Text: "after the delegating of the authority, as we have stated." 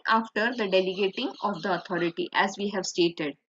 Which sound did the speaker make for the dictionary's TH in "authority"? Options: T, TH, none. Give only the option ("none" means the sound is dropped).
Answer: T